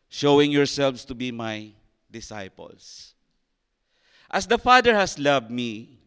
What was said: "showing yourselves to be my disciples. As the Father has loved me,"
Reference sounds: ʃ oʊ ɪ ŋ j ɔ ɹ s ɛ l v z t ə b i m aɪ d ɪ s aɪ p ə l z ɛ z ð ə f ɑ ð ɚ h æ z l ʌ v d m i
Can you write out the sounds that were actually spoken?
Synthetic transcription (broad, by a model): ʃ oʊ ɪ ŋ j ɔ ɹ s ɛ l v s t ə b i m aɪ d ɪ s aɪ p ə l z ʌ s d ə f ɑ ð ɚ h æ s l ʌ v d m i